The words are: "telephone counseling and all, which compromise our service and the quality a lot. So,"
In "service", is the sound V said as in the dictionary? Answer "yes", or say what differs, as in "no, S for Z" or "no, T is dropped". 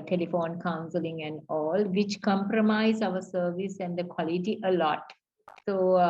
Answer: yes